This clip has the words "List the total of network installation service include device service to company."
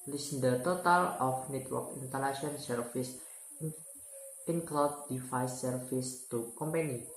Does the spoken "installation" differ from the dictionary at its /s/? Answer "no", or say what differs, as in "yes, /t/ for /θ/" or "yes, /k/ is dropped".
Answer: yes, /s/ is dropped